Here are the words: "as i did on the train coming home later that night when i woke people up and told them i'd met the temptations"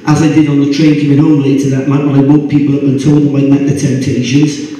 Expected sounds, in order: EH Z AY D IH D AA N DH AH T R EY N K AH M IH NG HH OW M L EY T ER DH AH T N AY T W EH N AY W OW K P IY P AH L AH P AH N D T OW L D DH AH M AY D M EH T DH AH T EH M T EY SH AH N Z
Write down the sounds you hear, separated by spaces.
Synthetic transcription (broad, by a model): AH Z AY D IH D N DH AH T R EY N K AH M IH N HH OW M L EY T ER DH AH T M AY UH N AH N AY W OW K P IY P AH L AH B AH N T OW L D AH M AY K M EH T DH AH T EH M T EY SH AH N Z